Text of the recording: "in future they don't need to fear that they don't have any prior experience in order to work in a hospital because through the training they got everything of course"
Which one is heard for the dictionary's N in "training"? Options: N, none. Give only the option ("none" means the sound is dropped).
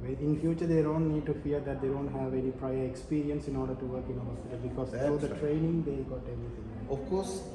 N